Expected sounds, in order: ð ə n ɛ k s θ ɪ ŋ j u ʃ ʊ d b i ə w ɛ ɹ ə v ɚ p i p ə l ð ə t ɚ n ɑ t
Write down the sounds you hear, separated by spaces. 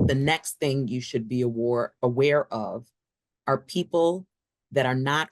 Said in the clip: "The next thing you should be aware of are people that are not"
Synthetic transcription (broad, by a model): ð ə n ɛ k s θ ɪ ŋ j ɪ ʃ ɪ d b i ə w ɛ ɹ ə v ɚ p i p l ð ə t ɚ n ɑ t